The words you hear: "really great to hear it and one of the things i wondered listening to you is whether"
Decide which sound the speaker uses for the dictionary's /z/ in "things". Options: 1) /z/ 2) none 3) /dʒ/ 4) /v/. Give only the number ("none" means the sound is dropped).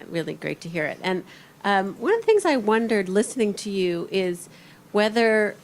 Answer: 1